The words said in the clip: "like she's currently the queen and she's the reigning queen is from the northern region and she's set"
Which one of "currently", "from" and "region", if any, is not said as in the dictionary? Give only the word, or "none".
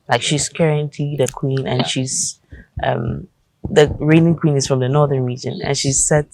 currently